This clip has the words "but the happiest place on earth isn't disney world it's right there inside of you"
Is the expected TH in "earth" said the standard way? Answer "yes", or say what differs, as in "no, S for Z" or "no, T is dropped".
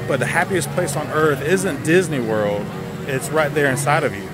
yes